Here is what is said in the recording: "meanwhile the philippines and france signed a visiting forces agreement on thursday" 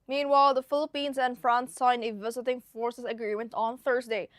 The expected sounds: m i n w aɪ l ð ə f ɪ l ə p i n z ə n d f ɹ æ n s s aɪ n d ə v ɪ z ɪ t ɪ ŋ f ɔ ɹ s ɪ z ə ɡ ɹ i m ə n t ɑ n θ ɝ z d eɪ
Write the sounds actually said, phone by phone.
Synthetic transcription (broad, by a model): m i n w aɪ l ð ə f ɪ l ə p i n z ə n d f ɹ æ n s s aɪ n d ə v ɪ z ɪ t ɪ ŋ f ɔ ɹ s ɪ s ə ɡ ɹ i m ə n t ɑ n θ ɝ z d eɪ